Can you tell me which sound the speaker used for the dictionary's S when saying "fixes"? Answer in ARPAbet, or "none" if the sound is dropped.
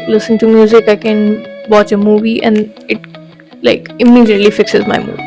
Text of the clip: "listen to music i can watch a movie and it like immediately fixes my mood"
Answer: S